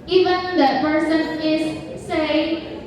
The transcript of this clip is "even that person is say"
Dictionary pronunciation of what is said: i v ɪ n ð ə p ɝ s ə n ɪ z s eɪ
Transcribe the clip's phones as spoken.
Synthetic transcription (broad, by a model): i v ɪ n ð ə p ɝ s ə n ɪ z s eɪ